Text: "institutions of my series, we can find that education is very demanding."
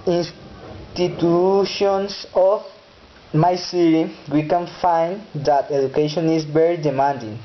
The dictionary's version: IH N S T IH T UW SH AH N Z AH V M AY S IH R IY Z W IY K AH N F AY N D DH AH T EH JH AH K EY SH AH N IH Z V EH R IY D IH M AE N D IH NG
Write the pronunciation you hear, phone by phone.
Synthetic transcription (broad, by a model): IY N S T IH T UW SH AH N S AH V M AY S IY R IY W IY K AH N F AY N D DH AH T EH JH AH K EY SH AH N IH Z V EH R IY D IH M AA N D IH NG